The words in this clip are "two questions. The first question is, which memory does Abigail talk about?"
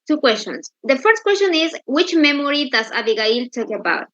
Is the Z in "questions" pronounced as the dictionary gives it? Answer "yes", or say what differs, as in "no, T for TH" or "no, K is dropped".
no, S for Z